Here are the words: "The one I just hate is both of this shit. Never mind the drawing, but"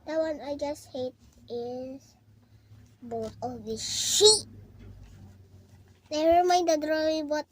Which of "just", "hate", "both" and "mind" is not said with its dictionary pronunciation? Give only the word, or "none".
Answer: both